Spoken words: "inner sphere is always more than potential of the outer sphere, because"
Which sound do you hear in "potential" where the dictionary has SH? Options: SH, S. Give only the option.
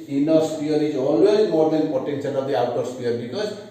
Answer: S